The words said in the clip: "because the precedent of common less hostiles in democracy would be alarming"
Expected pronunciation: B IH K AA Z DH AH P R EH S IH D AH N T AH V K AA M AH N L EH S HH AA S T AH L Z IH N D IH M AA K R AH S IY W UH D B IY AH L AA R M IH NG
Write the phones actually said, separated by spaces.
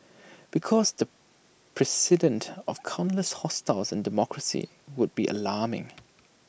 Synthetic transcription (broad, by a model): B IH K AA Z DH AH P R EH S IH D AH N T AH V K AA AH N L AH S HH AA S T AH L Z IH N D IH M AA K R AH S IY W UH D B IY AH L AA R M IH NG